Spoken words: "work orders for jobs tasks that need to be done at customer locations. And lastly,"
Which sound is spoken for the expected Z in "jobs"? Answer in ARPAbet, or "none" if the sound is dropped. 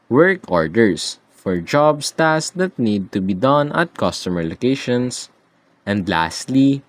S